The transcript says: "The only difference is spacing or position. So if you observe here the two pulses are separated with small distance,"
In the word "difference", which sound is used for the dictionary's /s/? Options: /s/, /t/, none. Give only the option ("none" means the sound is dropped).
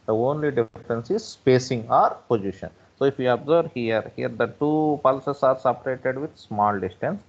/s/